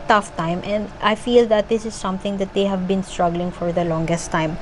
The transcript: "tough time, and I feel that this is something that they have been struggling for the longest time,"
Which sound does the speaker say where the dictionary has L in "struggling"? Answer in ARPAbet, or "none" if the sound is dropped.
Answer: L